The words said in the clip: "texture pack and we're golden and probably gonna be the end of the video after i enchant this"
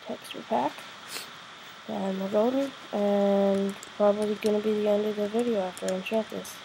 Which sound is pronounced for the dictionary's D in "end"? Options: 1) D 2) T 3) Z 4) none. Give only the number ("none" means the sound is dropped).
1